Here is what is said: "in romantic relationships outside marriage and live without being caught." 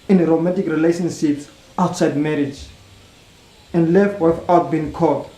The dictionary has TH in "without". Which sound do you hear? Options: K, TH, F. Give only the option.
F